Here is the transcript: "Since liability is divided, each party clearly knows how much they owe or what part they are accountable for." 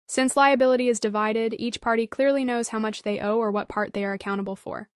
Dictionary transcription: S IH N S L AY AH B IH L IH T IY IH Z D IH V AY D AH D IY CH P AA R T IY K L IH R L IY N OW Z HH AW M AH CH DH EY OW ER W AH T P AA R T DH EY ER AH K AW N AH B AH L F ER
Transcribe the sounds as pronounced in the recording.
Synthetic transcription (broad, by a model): S IH N S L AY AH B IH L IH T IY IH Z D IH V AY D AH D IY CH P AA R T IY K L IH R L IY N OW Z HH AW M AH CH DH EY OW ER W AH T P AA R T DH EY ER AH K AW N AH B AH L F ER